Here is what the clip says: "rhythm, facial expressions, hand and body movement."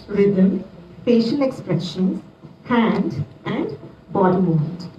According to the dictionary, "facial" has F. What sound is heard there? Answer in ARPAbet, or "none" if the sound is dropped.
P